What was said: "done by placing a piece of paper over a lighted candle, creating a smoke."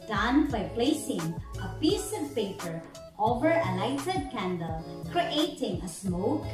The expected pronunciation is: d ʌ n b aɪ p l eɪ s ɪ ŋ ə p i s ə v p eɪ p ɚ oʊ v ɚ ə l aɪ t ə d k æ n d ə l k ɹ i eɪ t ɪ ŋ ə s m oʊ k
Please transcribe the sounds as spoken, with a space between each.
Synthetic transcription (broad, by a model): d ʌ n b aɪ p l eɪ s ɪ ŋ ə p i s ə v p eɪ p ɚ oʊ v ɚ ə l aɪ t ə d k æ n d ə l k ɹ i eɪ t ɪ ŋ ə s m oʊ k